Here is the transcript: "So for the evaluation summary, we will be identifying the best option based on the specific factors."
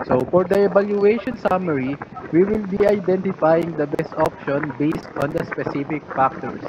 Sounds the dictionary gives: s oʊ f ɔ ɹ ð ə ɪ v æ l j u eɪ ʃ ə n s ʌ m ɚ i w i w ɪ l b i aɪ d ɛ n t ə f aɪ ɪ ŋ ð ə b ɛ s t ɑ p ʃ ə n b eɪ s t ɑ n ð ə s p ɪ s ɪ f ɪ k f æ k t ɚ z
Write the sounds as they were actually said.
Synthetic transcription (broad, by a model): s oʊ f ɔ ɹ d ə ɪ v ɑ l j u eɪ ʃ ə n s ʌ m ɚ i w i w ɪ l b i aɪ d ɛ n t ə f aɪ ɪ ŋ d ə b ɛ s t ɑ p ʃ ə n b eɪ s t ɑ n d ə s p ɪ s ɪ f ɪ k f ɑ k t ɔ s